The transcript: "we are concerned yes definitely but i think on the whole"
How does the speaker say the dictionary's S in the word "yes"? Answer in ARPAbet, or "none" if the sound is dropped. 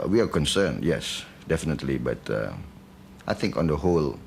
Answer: S